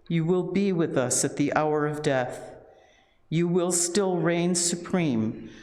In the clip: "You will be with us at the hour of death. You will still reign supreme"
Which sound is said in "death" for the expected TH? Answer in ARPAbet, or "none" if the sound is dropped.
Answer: TH